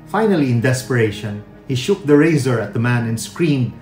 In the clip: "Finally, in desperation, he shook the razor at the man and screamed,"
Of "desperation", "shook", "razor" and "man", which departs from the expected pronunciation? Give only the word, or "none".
none